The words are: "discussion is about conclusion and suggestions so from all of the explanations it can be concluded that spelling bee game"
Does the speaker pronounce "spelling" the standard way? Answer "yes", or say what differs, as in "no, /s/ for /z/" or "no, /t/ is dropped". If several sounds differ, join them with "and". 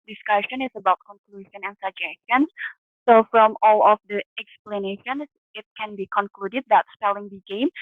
yes